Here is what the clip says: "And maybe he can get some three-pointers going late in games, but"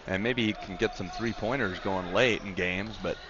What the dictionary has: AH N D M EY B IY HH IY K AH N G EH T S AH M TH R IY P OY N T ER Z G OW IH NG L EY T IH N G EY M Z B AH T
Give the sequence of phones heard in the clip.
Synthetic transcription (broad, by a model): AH N M EY B IY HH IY K N G EH T S AH M TH R IY P OY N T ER Z G OW IH NG L EY T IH N G EY M Z B AH T